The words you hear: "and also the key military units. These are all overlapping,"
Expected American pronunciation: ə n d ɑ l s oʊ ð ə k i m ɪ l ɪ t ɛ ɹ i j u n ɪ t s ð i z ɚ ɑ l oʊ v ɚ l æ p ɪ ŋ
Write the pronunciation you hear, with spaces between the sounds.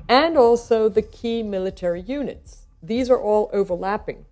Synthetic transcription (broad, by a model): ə n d ɑ l s oʊ ð ə k i m ɪ l ɪ t ɛ ɹ i j u n ɪ t s ð i z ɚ ɑ l oʊ v ɚ l æ p ɪ ŋ